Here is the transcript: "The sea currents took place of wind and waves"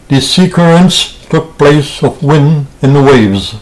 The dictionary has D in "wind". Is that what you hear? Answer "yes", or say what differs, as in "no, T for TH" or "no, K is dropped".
no, D is dropped